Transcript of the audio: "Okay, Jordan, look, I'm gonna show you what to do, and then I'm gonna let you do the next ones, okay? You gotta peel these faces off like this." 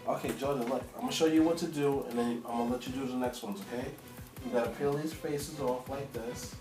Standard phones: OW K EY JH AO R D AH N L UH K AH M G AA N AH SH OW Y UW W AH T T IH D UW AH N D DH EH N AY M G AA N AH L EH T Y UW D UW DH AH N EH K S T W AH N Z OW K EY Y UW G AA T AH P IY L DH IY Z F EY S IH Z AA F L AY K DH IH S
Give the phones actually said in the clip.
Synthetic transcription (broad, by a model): OW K EY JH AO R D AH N L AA AH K AA AH SH OW Y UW W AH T T IH D UW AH N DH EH N AY M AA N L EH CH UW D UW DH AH N EH K S T W AH N Z OW K EY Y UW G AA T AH P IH L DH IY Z F EY S IH Z AA F L AY K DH IH S